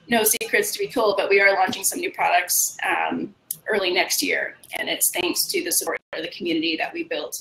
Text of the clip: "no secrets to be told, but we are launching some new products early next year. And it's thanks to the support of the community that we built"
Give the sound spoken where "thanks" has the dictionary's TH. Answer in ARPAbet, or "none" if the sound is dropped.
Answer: TH